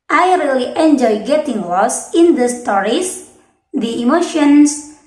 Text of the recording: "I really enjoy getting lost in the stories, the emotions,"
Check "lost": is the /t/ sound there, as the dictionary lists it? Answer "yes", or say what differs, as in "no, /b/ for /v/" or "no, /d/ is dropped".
no, /t/ is dropped